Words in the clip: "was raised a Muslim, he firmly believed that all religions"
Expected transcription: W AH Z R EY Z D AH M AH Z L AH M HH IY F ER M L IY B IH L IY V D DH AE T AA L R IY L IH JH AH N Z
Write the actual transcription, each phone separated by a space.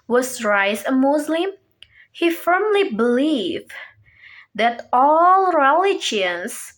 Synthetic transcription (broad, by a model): W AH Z R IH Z AH M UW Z L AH M HH IY F ER M L IY B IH L IY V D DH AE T AA L R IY L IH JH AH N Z